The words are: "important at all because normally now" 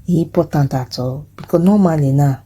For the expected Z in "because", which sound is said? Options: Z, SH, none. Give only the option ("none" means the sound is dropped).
none